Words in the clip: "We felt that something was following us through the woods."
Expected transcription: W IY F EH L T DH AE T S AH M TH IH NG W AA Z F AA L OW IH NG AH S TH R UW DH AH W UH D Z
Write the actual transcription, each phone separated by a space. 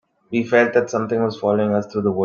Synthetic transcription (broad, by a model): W IY F EH L T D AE T S AH M T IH NG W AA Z F AA L OW IH NG AH S T R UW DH AH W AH